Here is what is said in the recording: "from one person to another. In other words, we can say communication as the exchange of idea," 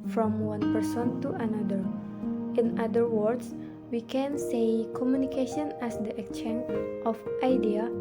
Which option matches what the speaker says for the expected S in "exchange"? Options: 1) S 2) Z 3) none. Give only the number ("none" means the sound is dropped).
3